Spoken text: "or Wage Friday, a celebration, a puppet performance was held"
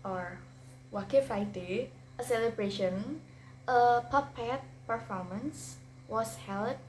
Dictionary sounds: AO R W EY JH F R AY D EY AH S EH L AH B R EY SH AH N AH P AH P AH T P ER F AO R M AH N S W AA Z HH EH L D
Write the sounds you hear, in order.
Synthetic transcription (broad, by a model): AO R W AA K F AY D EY AH S EH L AH B R EY SH AH N AH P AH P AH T P ER F AO R M AH N S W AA S HH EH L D